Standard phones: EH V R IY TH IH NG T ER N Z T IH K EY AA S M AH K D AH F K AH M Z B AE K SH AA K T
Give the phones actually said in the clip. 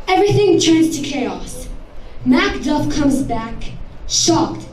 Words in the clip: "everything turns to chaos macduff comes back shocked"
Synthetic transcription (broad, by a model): EH V R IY TH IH NG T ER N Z T IH K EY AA S M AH K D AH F K AH M Z B AE K SH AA K T